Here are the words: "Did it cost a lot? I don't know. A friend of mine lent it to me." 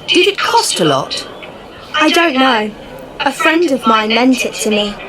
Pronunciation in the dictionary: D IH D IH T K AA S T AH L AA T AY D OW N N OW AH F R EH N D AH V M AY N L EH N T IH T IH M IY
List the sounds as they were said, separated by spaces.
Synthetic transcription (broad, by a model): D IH D IH T K AA S T AH L AA T AY D OW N N OW AH F R EH N D AH V M AY N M EH N T IH T IH M IY